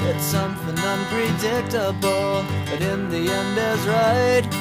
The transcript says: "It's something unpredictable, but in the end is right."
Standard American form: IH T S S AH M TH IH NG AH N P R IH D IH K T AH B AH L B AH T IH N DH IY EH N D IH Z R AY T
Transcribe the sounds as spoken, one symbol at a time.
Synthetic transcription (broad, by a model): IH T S S AH M TH IH NG AH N P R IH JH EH K T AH B L B AH T IH N DH IY EH N D IH Z R AY T